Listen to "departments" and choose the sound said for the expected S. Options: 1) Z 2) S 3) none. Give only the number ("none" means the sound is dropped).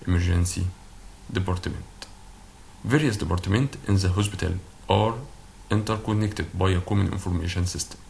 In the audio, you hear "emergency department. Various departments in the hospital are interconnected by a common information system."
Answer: 3